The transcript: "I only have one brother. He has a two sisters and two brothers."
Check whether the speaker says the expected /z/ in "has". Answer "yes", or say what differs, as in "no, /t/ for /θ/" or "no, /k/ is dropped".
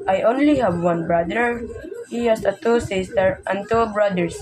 no, /s/ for /z/